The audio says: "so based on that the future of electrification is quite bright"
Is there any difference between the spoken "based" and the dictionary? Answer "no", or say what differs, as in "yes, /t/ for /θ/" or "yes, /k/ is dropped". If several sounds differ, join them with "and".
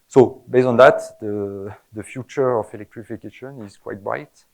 yes, /t/ is dropped